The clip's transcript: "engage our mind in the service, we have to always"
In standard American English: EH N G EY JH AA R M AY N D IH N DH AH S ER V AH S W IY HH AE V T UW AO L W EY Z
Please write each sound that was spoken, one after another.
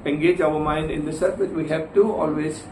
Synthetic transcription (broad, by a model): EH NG G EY JH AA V M AY N D IH N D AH S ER F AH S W IY HH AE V T UW AO L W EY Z